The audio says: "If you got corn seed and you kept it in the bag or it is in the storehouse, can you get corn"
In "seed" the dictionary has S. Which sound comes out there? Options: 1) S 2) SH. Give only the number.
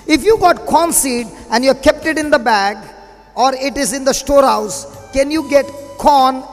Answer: 1